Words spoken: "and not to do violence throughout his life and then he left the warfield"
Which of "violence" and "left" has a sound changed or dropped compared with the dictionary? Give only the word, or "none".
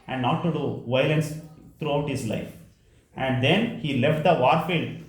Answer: none